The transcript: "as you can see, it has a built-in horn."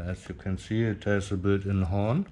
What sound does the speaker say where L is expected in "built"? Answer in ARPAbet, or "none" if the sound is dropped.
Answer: none